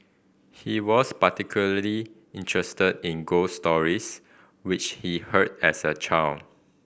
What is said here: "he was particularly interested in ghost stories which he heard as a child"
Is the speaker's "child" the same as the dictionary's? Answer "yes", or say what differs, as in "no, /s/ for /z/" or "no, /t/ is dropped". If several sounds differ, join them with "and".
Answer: no, /d/ is dropped